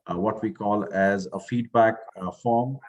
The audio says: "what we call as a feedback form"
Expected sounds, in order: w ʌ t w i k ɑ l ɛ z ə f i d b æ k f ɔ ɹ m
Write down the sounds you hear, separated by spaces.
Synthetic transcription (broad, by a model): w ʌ t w i k ɑ l ɛ z ə f i d b æ k f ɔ ɹ m